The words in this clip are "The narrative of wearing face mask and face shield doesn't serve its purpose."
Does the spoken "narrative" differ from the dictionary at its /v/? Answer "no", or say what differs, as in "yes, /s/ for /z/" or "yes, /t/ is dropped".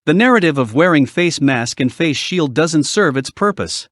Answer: no